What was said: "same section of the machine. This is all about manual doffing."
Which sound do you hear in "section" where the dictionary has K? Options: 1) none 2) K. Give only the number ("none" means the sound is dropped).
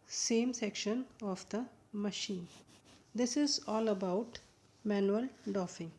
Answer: 2